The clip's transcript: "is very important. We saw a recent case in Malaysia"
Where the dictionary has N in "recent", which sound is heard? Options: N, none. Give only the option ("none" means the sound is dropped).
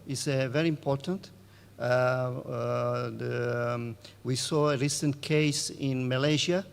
N